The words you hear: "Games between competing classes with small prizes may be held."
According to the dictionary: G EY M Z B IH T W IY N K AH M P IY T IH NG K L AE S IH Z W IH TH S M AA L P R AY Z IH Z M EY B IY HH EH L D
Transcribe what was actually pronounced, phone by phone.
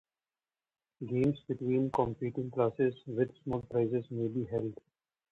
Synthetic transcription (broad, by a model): G EY M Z B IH T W IY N K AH M P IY T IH NG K L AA S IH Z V IH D S M AA L P R AY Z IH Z M EY B IY HH EH L D